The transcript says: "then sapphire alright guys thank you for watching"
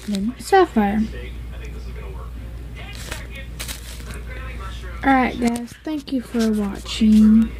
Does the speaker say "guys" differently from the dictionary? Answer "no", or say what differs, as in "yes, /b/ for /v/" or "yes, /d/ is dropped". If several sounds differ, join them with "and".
yes, /s/ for /z/